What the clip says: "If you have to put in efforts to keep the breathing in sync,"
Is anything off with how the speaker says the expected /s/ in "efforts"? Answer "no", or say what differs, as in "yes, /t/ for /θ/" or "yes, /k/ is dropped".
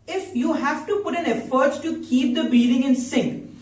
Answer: yes, /s/ is dropped